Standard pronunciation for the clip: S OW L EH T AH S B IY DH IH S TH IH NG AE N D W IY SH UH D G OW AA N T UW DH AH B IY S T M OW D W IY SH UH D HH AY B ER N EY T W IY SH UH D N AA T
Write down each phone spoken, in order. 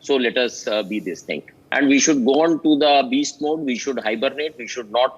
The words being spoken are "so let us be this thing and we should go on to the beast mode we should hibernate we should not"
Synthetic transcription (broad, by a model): S OW L EH T AH S B IY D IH S T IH NG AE N D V IY SH UH D G OW AA N T UW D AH B IY S T M OW D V IY SH UH D HH AY B ER N EY T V IY SH UH D N AA T